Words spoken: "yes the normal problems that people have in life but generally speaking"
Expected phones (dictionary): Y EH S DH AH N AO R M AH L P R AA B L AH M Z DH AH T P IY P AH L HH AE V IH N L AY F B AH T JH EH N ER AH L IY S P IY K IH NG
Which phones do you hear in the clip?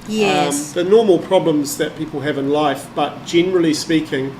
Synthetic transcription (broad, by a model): Y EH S DH AH N AO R M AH L P R AA B L AH M Z DH AH T P IY P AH L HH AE V IH N L AY F B AH T JH EH N ER AH L IY S P IY K IH NG